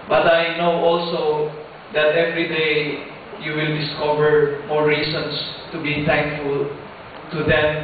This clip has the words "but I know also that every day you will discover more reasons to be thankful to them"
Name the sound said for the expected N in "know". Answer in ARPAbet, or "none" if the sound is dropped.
N